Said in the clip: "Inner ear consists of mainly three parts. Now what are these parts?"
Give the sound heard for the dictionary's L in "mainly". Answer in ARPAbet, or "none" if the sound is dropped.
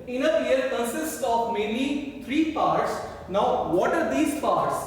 none